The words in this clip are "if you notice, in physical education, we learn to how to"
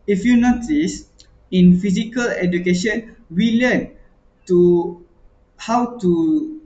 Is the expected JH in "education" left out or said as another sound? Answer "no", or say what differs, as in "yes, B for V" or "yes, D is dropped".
no